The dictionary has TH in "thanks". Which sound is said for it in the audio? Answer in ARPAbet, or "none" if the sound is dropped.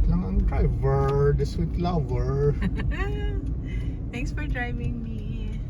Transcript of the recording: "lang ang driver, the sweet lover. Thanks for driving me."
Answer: T